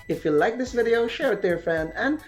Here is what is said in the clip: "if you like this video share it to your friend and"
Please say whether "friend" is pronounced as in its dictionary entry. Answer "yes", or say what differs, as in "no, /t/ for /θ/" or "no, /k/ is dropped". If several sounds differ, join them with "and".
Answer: no, /ɹ/ is dropped and /d/ is dropped